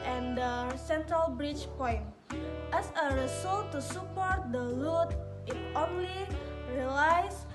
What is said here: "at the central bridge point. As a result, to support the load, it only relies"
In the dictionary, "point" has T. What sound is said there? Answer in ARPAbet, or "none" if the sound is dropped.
T